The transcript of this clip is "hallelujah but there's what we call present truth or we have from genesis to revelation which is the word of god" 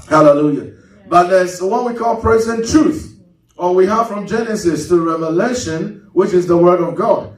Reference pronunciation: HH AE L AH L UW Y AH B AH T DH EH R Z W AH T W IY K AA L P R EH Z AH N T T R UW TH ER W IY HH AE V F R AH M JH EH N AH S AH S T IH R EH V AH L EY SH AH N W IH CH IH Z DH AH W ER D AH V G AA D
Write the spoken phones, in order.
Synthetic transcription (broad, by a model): HH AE L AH L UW Y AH B AH T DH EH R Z W AH T W IY K AA L P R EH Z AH N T T R UW TH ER W IY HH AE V F R AH M JH EH N AH S AH S T IH R EH V AH L EY SH AH N W IH CH IH Z DH AH W ER D AH V G AA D